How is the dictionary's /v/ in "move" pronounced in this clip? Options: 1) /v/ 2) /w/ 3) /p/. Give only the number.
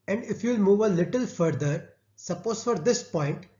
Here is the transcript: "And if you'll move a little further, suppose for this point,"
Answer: 1